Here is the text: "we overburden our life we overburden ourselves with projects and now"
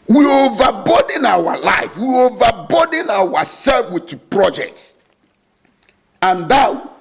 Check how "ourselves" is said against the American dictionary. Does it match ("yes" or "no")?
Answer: no